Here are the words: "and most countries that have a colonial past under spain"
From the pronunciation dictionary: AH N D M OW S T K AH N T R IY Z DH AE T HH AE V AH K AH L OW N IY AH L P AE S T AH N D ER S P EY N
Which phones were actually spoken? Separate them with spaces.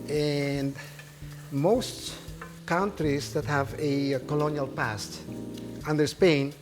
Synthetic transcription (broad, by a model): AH N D M OW S T K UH N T R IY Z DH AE T HH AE V AH K AH L OW N IY AH L P AE S T AH N D ER S P EY N